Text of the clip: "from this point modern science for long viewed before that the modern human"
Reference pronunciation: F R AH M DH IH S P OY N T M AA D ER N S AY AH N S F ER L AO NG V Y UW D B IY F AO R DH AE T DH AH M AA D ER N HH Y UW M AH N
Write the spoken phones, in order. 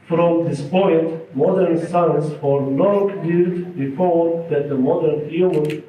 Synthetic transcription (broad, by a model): F R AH M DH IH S P OY N T M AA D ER N S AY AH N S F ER N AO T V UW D B IY F AO R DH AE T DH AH M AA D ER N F Y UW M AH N